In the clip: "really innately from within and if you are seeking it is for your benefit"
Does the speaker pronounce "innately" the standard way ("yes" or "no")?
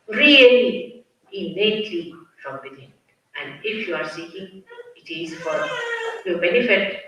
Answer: no